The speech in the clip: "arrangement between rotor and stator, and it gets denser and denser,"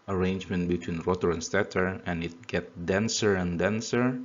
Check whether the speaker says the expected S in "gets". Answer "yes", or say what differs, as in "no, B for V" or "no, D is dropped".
no, S is dropped